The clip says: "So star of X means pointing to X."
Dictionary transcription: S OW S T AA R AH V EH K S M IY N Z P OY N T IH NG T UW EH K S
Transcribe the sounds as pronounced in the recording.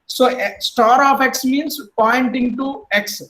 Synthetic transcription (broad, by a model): S OW S T AA R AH P EH K S M IY N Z P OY N T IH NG T UW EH K S